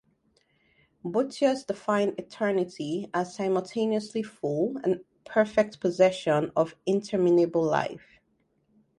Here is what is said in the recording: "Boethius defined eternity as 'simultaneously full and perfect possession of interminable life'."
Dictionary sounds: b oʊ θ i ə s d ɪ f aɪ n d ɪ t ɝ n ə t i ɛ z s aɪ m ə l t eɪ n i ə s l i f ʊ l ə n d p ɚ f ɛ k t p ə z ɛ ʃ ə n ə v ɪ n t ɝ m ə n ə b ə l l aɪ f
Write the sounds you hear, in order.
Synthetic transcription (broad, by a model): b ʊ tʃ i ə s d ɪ f aɪ n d ɪ t ɝ n ə t i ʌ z s aɪ m ə l t eɪ n i ə s l i f ʊ l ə n p ɚ f ɛ k t p ə z ɛ ʃ ə n ə v ɪ n t ɝ m ə n ə b ə l l aɪ f